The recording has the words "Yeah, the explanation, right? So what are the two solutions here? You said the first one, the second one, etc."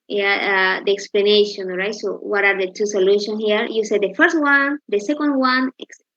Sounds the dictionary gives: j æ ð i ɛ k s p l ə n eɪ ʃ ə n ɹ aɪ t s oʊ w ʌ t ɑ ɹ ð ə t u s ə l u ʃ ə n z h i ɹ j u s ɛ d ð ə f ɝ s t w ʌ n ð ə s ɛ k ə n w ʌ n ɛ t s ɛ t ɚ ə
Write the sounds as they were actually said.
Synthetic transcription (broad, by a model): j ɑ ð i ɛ k s p l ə n eɪ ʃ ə n ɹ aɪ t s oʊ w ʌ t ɑ ɹ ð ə t u s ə l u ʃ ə n h i ɹ j u s ɛ d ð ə f ɝ s t w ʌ n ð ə s ɛ k ə n w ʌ n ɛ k s